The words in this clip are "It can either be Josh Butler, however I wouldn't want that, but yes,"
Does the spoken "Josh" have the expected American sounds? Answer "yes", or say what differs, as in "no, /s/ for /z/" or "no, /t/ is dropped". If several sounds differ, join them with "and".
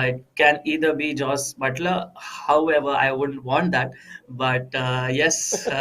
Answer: no, /s/ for /ʃ/